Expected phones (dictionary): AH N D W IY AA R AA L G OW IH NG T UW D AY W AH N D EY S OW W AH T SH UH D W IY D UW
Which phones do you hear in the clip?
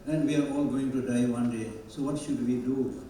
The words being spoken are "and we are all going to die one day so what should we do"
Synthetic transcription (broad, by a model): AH N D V IY AA R AA L G OW IH NG T UW D AY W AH N D EY S OW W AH T SH UH D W IY D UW